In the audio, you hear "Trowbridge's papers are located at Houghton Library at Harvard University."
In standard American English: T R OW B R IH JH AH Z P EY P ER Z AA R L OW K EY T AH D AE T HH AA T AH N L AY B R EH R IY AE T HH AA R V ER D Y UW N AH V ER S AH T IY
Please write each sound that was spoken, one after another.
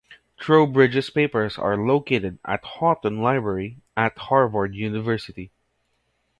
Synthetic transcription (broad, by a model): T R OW B R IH JH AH S P EY P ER S AA R L OW K EY T AH D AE T HH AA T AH N L AY B R EH R IY AE T HH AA R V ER D Y UW N AH V ER S AH T IY